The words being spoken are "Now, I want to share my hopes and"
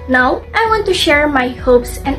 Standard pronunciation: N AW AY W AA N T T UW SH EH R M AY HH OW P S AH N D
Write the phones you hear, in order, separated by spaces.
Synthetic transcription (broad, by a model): N AW AY W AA N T T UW SH EH R M AY HH OW P S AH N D